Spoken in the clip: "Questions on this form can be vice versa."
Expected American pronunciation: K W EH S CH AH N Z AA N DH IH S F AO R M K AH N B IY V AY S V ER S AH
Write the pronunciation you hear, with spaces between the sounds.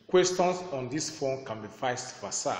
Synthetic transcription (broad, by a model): K W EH S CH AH N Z AA N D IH S F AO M K AH N B IY F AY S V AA S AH